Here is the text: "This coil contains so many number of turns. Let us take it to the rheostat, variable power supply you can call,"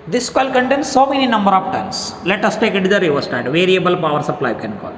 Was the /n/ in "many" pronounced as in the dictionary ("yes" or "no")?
yes